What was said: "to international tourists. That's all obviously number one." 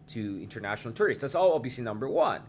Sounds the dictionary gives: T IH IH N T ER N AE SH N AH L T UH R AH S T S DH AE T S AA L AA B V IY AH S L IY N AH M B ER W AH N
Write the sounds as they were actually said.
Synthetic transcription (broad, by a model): T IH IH N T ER N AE SH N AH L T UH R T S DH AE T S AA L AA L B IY S IY N AH M B ER W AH N